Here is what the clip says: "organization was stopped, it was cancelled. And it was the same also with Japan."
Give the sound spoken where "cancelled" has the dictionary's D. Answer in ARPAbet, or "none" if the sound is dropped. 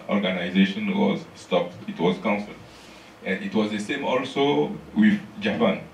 none